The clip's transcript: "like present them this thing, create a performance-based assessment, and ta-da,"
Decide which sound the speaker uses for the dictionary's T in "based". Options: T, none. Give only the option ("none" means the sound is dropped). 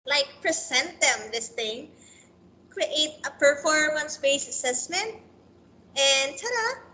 none